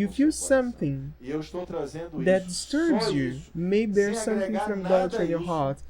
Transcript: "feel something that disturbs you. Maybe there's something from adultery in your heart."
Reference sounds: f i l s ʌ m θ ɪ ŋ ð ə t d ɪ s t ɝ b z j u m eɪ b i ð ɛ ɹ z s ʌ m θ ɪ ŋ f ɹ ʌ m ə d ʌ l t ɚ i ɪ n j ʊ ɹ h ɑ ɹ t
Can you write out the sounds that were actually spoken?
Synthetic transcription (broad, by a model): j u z s ʌ m θ ɪ ŋ ð ə t d ɪ s t ɝ b z j u m eɪ i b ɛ ɹ s ʌ m θ ɪ ŋ f ɹ ʌ m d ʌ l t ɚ ɪ n j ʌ ɹ h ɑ ɹ t